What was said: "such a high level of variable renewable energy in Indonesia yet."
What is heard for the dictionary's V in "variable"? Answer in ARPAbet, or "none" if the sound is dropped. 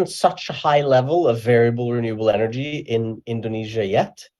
V